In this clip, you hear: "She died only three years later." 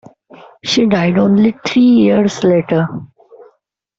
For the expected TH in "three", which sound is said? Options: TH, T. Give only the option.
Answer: T